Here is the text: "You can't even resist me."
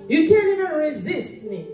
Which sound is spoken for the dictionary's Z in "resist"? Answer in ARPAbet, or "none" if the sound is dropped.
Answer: Z